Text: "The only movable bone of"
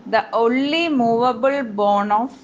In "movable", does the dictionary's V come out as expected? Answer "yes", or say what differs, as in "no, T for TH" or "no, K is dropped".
yes